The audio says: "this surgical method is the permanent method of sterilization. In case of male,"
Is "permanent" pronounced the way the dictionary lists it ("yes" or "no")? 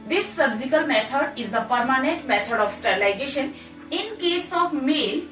yes